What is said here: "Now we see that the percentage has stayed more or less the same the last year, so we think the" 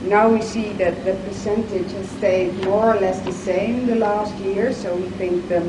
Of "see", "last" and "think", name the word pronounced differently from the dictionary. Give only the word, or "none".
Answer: none